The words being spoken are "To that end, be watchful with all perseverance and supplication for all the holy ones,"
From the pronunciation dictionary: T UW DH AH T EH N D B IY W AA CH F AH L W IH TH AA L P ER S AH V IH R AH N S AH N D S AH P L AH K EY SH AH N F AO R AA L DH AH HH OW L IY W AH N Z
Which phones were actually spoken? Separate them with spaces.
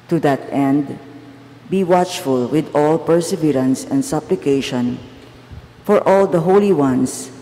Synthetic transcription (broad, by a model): T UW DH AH T EH N D B IY W AA CH F AH L W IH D AA L P ER S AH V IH R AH N S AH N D S AH P L AH K EY SH AH N F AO R AA L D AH HH OW L IY W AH N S